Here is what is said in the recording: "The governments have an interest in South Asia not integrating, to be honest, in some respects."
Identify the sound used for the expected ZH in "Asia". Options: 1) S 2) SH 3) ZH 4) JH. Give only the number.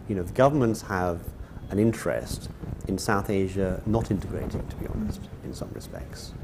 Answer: 3